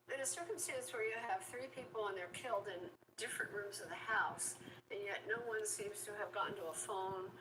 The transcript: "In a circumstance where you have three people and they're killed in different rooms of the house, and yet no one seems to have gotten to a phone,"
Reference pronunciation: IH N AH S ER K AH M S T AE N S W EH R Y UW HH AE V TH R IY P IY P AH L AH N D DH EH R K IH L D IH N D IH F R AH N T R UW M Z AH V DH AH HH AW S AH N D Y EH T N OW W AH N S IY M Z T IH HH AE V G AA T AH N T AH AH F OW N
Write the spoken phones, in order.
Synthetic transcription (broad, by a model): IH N AH S ER K AH M S T AE N S W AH R Y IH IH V TH R IY P IY P L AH N DH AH R K IH L D IH N D IH F R AH N T R UW M Z AH V DH AH HH AW S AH N Y EH T N OW W AH N S IY M Z T IH V G AA N T AH AH F OW N